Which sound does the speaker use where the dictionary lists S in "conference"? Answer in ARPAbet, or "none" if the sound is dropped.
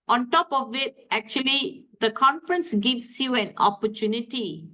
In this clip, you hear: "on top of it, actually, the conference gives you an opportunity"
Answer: S